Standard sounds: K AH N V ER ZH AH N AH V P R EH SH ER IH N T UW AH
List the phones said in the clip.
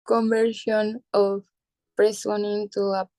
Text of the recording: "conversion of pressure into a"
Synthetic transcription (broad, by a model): K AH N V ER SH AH N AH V P R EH S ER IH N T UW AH